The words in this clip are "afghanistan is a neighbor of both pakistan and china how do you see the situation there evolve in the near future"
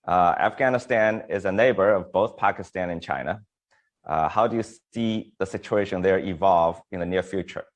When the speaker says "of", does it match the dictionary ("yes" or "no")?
yes